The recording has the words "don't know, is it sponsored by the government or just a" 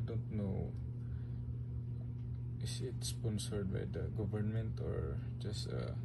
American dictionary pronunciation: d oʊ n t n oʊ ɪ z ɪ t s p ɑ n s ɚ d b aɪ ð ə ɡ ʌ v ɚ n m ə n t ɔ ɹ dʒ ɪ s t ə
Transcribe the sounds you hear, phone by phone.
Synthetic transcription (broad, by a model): d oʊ n t n oʊ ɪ s ɪ t s p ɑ n s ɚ d b aɪ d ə ɡ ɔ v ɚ n m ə n t ɔ ɹ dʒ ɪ s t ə